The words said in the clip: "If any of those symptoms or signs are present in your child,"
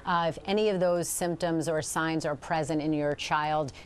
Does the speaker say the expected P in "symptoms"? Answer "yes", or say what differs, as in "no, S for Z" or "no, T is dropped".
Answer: yes